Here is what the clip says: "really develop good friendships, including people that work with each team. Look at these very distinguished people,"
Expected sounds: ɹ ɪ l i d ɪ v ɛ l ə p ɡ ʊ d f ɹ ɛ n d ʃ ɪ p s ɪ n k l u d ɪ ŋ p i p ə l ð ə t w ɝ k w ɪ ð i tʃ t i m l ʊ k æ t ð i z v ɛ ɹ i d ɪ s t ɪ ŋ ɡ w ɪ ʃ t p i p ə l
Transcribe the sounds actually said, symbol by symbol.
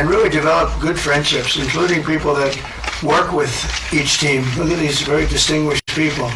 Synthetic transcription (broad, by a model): ɹ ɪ l i d ɪ v ɛ l ə p ɡ ʊ d f ɹ ɛ n d ʃ ɪ p s ɪ n k l u d ɪ ŋ p i p l ð ə t w ɝ k w ɪ ð i tʃ t i m l ʊ k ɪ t ð i z v ɛ ɹ i d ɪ s t ɪ ŋ ɡ w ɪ ʃ p i p l